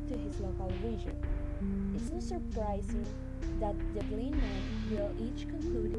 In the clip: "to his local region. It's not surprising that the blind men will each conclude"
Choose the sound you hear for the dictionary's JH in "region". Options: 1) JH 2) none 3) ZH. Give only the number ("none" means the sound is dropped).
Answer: 3